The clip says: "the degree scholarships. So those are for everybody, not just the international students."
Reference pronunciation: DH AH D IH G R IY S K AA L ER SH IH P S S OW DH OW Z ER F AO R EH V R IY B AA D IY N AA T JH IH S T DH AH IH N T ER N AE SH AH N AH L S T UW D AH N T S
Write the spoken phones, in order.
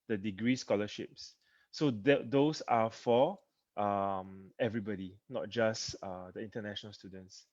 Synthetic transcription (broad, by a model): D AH D IH G R IY S K AA L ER SH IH P S S OW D OW S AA F AO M EH V R IY B AA D IY N AA T JH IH S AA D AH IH N T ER N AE SH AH N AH L S T UW D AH N T S